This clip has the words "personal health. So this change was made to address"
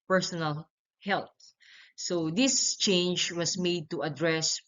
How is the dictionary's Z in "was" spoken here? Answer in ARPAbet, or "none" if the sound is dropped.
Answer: S